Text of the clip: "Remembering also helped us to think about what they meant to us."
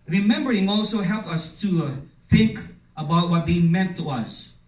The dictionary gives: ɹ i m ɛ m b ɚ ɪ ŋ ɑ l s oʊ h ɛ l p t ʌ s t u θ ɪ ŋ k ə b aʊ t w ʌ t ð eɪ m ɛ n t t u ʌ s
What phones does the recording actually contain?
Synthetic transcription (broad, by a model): ɹ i m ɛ m b ɚ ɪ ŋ ɑ l s oʊ h ɛ l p ʌ s t u θ ɪ ŋ k ə b aʊ t w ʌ t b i m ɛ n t t u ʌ s